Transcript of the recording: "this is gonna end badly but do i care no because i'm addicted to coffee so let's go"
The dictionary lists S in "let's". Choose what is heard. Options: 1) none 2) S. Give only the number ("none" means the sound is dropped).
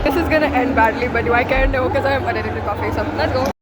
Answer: 1